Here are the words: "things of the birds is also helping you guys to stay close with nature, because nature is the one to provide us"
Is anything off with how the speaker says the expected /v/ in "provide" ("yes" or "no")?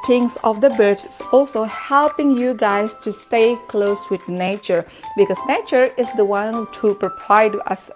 yes